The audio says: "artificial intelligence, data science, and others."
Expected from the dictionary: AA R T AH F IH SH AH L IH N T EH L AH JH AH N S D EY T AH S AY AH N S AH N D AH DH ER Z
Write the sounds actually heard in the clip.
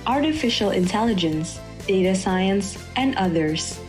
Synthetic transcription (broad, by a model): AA R T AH F IH SH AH L IH N T EH L AH JH AH N S D EY T AH S AY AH N S AH N D AH DH ER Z